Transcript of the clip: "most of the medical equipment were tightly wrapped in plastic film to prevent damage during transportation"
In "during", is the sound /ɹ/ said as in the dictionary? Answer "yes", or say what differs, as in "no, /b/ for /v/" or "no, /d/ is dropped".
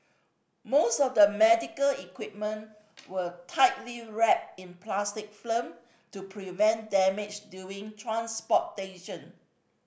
no, /ɹ/ is dropped